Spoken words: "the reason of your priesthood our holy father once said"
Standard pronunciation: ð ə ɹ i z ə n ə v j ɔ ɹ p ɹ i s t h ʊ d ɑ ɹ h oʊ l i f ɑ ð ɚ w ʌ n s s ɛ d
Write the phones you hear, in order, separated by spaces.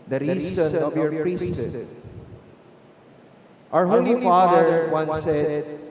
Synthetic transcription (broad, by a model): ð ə ɹ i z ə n ə v j ɔ ɹ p ɹ i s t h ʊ ʌ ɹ h oʊ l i f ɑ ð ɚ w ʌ n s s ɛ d